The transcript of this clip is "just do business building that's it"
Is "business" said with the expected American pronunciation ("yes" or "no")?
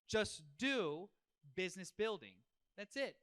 yes